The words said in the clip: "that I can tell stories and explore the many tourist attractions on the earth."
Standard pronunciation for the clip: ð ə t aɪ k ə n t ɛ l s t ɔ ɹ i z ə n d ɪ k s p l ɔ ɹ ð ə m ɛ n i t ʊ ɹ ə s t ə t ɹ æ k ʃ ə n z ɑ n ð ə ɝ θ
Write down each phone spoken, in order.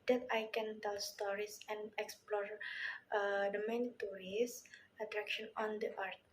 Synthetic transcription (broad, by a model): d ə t aɪ k ə n t ɛ l s t ɔ ɹ i s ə n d ɪ k s p l ɔ ɹ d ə m ɛ n i t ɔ ɹ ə s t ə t ɹ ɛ k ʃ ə n ɑ n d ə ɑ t